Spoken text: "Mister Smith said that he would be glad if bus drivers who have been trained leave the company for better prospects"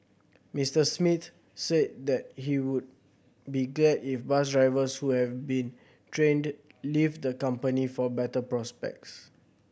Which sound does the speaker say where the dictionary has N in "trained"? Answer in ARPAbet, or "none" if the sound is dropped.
N